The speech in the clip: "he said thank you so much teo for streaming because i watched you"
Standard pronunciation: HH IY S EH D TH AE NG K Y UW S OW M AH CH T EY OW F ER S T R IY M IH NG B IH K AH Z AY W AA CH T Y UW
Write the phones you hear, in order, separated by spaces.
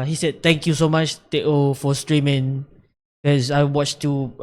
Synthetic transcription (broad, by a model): HH IY S EH D T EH NG K Y UW S OW M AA CH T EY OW F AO S T R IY M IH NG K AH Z AY W AA CH T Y UW